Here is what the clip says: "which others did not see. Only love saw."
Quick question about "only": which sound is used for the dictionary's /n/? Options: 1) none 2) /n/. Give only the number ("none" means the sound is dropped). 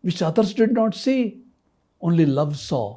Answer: 2